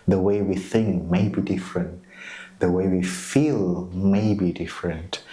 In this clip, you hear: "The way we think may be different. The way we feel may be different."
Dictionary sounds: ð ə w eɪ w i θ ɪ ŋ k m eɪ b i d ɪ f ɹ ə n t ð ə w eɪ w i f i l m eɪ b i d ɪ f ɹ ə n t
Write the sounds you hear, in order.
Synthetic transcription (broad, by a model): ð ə w eɪ w i θ ɪ ŋ k m eɪ b i d ɪ f ɹ ə n t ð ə w eɪ w i f i l m eɪ b i d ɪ f ɹ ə n t